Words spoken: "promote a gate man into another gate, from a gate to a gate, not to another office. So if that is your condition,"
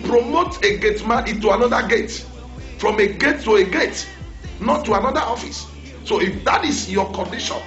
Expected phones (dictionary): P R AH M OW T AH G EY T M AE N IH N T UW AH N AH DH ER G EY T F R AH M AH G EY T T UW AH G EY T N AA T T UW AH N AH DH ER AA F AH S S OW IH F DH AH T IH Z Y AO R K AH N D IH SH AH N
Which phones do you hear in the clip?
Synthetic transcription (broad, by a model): P R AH M OW T AH G EY T M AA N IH T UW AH N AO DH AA G EY T F R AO M AH G EY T T UW AH G EY T N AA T T UW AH N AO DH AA AA F AH S S OW IH F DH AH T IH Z Y AO K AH N D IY SH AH N